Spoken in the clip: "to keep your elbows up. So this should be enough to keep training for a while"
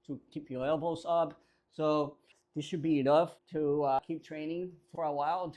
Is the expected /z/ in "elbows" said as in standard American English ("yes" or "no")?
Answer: no